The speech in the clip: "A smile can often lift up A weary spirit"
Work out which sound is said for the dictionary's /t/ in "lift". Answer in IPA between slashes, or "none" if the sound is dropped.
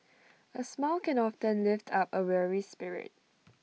/t/